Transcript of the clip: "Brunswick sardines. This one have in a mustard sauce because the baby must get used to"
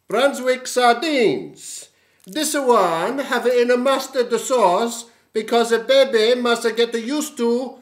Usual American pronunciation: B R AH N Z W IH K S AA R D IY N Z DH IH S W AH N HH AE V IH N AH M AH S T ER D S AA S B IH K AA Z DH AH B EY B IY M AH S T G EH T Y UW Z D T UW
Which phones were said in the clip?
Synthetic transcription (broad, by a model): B R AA N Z W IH K S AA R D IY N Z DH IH S W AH N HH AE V IH N AH M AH S T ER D S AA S B IH K AA Z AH B EY B IY M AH S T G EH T Y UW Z T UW